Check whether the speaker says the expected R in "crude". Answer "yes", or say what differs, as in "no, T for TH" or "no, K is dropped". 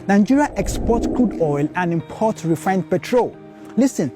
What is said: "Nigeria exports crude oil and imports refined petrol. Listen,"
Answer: no, L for R